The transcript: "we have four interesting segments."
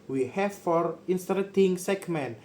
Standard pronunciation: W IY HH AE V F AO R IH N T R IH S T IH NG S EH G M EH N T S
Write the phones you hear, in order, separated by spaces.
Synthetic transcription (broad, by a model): W IY HH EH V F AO R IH N T R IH T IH NG S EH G M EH N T